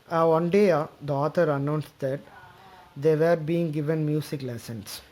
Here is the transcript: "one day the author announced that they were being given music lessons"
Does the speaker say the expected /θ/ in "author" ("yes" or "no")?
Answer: no